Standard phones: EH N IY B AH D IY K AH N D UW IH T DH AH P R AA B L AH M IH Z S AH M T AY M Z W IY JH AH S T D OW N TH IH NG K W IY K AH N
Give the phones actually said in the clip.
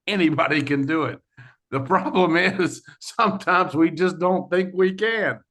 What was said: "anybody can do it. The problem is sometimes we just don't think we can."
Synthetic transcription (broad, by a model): EH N IY B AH D IY K AH N D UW IH T DH AH P R AA B L AH M IH Z S AH M T AY M Z W IY JH AH S D OW N TH IH NG K W IY K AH N